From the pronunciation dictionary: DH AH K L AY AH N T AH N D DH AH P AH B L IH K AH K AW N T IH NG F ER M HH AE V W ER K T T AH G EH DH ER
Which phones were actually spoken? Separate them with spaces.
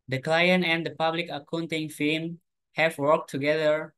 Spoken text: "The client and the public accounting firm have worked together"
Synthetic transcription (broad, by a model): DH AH K L AY AH N T AH N D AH P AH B L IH K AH K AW N T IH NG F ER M HH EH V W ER K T T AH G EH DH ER